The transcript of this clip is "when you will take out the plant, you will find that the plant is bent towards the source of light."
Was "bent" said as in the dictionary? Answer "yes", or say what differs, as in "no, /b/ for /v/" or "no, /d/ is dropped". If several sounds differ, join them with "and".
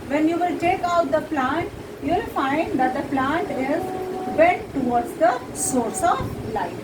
no, /n/ is dropped